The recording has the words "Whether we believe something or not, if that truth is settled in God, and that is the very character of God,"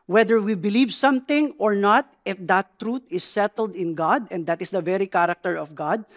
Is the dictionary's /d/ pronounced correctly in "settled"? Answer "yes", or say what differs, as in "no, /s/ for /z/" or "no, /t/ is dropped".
yes